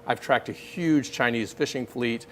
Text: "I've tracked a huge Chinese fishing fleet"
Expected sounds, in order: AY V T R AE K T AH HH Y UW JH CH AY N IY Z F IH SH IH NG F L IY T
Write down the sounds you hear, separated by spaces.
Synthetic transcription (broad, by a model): AY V T R AE K T AH HH Y UW JH CH AY N IY Z F IH SH IH NG F L IY T